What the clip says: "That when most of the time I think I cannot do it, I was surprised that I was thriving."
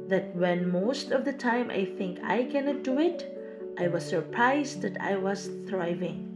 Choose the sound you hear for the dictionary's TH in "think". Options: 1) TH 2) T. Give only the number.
1